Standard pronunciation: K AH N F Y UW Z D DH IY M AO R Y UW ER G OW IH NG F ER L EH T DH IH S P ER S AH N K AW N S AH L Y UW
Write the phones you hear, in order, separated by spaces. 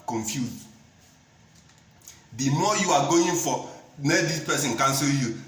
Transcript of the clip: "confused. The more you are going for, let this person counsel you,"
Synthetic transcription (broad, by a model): K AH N F Y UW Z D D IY M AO Y UW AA G OW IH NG F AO N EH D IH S P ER S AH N K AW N S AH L Y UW